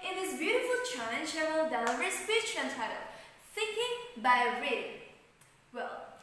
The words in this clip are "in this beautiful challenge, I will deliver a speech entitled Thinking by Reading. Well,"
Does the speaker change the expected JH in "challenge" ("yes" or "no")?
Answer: yes